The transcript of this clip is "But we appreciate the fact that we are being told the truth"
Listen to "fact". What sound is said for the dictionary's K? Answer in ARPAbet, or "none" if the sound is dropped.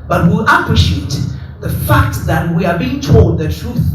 K